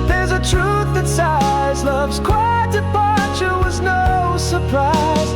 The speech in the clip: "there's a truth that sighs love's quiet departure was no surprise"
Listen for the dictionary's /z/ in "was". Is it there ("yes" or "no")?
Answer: yes